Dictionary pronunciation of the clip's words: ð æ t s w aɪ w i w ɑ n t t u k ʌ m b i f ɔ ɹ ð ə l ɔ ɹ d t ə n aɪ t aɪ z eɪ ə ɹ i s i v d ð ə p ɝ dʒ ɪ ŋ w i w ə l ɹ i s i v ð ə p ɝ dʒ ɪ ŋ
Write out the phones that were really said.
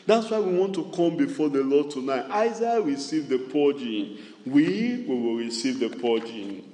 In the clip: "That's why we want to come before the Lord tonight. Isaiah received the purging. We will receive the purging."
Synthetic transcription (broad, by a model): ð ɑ t s w aɪ w i w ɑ n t t u k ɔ m b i f ɔ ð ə l ɔ d t ə n aɪ t aɪ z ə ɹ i s i v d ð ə p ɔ dʒ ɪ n w i w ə w ɹ i s i v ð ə p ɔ dʒ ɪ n